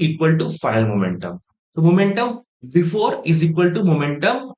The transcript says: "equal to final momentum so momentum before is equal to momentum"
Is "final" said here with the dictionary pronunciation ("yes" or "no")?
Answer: no